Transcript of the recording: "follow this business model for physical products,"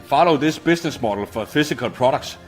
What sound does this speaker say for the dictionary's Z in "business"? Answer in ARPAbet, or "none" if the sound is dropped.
S